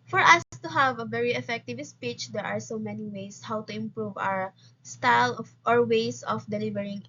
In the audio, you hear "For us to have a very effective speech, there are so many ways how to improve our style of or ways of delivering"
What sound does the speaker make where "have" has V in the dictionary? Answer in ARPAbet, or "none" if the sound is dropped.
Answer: V